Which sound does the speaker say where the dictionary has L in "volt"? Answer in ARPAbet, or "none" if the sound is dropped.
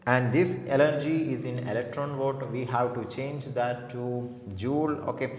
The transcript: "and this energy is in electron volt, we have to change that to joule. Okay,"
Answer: none